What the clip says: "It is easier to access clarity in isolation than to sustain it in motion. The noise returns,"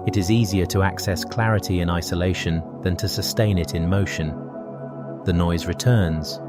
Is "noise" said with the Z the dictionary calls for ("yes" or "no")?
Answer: yes